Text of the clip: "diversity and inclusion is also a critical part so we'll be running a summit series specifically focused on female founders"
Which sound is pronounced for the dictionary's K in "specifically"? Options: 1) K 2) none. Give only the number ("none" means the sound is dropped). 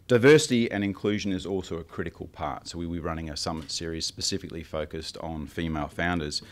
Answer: 1